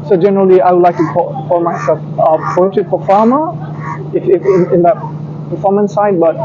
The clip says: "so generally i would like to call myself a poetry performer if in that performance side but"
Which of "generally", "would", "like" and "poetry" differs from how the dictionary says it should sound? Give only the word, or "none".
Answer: poetry